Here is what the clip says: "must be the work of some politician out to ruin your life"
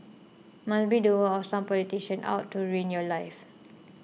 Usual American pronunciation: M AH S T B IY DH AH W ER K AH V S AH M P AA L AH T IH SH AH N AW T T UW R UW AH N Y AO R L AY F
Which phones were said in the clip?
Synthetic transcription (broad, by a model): M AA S B IY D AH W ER AH S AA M P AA L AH T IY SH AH N AW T T UW R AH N Y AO L AY F